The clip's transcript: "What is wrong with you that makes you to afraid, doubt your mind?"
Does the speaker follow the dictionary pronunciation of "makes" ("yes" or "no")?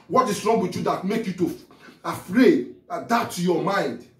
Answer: no